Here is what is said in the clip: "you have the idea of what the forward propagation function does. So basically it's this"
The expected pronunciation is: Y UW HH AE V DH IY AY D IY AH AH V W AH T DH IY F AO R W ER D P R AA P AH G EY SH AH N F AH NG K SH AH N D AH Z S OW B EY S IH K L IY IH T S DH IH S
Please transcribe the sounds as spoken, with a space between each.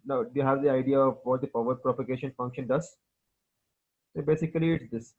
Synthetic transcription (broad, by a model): Y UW HH AE V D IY AY D IY AH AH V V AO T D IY P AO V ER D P R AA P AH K EY SH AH N F AH NG K SH AH N D AH Z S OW B EY S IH K L IY IH T S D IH S